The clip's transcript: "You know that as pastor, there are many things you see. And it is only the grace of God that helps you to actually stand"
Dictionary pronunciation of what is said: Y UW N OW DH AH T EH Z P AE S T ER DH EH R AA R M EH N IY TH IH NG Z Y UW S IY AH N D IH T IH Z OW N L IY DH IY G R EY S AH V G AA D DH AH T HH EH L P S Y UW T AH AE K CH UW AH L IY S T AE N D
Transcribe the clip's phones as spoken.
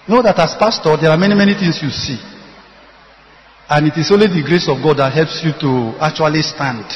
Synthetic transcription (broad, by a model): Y N OW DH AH T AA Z P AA S T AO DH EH R AA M M EH N IY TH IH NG S Y UW S IY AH N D IH T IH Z OW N L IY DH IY G R EY S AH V G AA D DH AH T HH EH L P S Y UW T AH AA K CH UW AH L IY S T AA N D